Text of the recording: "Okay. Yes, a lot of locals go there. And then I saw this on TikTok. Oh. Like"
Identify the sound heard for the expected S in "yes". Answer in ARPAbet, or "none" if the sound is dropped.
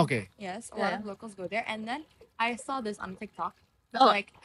S